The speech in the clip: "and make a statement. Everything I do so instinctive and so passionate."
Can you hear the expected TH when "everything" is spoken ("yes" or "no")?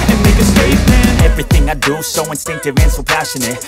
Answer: yes